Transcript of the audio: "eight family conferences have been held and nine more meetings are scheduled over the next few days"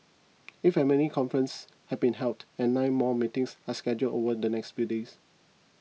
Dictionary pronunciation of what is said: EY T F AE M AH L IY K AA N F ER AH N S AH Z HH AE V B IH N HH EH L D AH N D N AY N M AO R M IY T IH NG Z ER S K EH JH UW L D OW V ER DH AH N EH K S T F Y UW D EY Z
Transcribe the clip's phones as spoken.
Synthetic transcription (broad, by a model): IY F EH M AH N IY K AA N F ER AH N S HH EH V B IH N HH EH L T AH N N AY N M AO M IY T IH NG S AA S K EH JH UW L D OW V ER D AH N EH K S T F Y UW D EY S